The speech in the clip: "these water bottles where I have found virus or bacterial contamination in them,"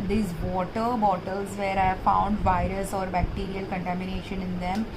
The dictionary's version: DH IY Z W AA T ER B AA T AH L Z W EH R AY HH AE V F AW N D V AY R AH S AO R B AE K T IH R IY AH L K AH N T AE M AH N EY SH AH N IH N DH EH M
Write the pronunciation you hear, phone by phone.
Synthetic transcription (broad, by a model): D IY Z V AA T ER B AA T AH L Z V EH R AY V F AW N D V AY R AH S AO R B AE K T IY R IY AH L K AH N T AE M AH N EY SH AH N IH N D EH M